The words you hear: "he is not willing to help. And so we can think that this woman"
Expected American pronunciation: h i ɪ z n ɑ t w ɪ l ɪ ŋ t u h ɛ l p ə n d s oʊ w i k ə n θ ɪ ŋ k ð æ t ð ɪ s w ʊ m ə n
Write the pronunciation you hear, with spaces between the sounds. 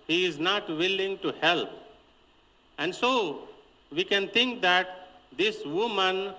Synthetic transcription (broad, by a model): h i ɪ z n ɑ t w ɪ l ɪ ŋ t u h ɛ l p ə n d s oʊ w i k ə n t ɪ ŋ k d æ t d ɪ s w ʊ m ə n